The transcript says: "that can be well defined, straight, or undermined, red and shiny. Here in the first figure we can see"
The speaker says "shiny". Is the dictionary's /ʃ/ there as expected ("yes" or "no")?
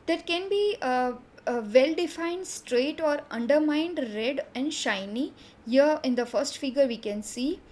yes